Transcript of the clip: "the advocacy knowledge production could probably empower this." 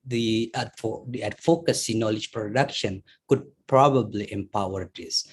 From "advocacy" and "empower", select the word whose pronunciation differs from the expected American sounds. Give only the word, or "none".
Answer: advocacy